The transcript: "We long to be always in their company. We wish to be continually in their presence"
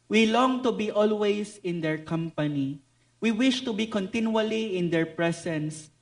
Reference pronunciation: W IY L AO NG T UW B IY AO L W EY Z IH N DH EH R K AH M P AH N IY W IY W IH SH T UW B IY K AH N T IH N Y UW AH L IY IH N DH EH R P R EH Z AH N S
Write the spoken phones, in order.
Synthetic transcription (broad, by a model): W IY L AO NG T UW B IY AO L W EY S IH N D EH R K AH M P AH N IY W IY W IH SH T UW B IY K AH N T IH N Y UW AH L IY IH N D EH R P R EH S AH N S